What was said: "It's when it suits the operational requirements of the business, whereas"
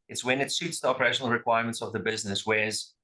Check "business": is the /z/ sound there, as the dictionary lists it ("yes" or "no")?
yes